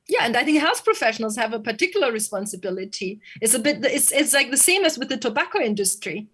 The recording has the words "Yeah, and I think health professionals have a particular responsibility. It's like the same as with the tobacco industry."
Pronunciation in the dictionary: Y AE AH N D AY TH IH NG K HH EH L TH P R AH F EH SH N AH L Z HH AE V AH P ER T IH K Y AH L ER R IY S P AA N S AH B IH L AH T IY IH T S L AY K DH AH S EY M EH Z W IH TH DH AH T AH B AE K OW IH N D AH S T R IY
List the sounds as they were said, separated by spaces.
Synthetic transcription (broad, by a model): Y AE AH N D AY TH IH NG K HH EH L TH P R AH F EH SH N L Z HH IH V AH P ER T IH K Y L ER R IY S P AA N S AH B IH L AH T IY IH T S L AY K DH AH S EY M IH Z W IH DH AH T AH B AE K OW IH N D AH S T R IY